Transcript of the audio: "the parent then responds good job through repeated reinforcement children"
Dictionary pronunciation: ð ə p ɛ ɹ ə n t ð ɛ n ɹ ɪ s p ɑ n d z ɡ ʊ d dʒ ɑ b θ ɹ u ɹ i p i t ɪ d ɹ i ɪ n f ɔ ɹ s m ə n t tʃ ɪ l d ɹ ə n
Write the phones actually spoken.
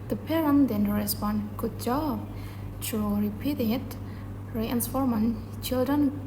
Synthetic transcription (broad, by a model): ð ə p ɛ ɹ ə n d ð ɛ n ɹ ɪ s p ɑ n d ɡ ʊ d dʒ ɑ b t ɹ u ɹ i p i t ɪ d ɹ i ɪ n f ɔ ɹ m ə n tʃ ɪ l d ɹ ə n